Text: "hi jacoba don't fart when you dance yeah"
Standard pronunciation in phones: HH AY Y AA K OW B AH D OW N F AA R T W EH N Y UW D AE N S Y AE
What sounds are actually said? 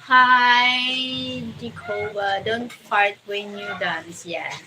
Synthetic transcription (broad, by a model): HH AY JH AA K OW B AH D OW N P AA R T W EH N Y UW D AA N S Y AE